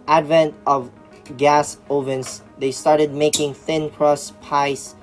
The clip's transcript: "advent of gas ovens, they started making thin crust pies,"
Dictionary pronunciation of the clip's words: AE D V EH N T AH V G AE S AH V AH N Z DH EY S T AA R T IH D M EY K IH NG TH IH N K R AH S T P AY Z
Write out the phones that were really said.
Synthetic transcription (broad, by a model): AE D V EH N T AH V G AE S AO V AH N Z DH EY S T AA R T IH D M EY K IH NG TH IH N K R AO S P AY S